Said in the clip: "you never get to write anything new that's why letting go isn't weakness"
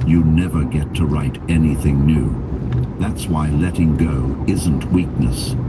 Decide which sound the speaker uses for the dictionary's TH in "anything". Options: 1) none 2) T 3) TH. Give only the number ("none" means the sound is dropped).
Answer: 3